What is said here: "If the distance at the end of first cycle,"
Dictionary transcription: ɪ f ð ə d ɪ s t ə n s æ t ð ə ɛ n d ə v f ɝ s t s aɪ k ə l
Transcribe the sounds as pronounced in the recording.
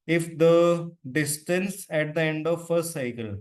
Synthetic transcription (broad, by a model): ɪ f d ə d ɪ s t ə n s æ t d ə ɛ n d ə v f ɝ t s aɪ k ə l